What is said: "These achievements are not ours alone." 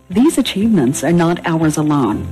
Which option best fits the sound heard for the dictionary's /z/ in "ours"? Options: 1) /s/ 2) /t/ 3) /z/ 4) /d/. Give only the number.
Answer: 3